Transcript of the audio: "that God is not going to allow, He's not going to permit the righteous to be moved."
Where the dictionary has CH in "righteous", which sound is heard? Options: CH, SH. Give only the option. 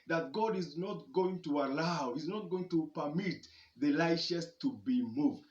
SH